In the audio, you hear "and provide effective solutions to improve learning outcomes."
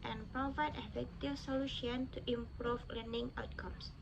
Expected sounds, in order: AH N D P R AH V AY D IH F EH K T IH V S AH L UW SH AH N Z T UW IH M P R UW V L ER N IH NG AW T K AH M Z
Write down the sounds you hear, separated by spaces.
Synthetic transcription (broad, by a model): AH N P R AH V AY D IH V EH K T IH S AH L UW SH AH N T UW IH M P R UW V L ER N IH NG AW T K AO M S